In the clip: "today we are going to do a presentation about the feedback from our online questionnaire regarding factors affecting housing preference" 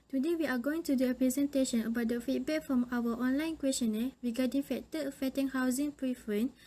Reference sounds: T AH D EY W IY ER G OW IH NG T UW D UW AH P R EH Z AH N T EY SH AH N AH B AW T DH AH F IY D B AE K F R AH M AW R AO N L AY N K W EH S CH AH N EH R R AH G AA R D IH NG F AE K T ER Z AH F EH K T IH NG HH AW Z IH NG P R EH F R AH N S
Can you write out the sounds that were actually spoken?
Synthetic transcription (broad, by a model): T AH D EY W IY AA G OW IH NG T UW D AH AH P R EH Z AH N T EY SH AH N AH B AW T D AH F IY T B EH K F R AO M AW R AO N L AY N K W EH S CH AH N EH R R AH G AA D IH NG F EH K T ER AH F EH T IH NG HH AW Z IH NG P R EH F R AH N